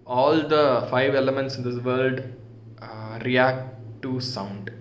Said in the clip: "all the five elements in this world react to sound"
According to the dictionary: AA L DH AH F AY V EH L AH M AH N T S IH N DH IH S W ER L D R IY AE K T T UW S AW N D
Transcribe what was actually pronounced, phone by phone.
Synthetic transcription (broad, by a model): AA L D AH F AY V EH L AH M AH N T S IH N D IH S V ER L D R IY AE K T T UW S AW N D